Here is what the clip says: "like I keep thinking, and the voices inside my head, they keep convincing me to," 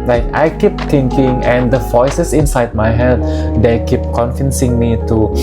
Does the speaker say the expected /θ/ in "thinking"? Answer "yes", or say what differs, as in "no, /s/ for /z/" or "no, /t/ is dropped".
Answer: no, /t/ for /θ/